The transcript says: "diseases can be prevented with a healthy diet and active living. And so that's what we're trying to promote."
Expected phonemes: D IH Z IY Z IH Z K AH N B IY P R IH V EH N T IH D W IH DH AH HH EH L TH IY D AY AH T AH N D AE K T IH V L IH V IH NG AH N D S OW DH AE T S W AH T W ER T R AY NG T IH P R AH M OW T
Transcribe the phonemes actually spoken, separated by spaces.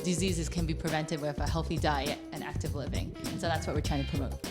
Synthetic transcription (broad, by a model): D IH Z IY Z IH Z K AH N B IY P R IH V EH N T IH D W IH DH AH HH EH L TH IY D AY AH T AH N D AE K T IH V L IH V IH NG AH N S OW DH AE T S W AH T W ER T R AY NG T IH P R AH M OW T